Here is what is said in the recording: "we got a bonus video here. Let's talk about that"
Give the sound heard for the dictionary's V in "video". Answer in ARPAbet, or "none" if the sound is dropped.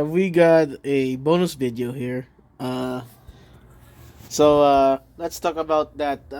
V